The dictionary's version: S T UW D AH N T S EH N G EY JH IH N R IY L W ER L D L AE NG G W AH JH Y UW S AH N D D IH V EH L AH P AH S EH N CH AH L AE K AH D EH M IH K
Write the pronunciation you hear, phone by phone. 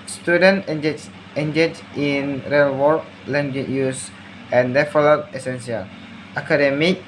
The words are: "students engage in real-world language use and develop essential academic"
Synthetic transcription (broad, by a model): S T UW D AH N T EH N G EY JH IH N R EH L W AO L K L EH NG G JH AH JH Y UW S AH N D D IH F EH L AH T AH S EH N S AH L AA K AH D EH M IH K